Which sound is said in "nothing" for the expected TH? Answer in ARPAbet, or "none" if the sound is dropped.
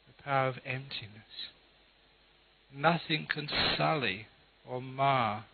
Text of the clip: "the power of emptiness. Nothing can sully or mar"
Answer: TH